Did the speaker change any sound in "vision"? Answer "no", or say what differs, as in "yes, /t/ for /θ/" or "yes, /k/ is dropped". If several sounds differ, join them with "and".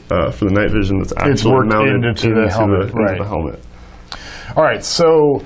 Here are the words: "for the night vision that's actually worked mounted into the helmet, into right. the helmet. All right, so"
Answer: no